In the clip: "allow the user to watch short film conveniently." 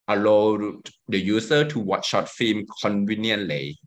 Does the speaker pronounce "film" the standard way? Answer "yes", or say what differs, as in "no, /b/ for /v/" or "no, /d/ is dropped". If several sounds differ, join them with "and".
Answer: no, /l/ is dropped